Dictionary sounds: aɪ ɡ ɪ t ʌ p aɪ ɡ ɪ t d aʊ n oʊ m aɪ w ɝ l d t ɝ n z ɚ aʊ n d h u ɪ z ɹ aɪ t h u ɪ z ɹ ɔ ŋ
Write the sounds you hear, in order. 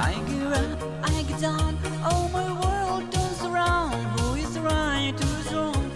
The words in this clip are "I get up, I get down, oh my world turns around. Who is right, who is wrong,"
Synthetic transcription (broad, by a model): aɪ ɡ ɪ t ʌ aɪ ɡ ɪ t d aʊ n oʊ m aɪ w ɝ l d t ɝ z ɚ aʊ n d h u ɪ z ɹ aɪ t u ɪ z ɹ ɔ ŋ